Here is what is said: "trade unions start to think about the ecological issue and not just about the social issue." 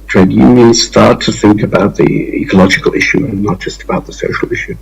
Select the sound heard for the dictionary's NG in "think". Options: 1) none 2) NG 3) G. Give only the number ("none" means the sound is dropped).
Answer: 2